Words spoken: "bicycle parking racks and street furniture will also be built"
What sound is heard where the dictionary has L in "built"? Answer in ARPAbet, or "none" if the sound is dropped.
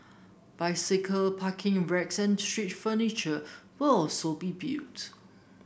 none